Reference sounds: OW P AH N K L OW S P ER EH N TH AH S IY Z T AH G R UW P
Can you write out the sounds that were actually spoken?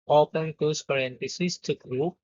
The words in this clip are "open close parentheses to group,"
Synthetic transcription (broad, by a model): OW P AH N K OW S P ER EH N T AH S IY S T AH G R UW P